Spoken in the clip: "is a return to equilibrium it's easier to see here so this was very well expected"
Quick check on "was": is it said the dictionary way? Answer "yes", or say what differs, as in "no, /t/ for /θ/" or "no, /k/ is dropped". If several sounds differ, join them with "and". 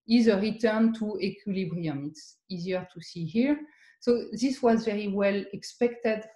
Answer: yes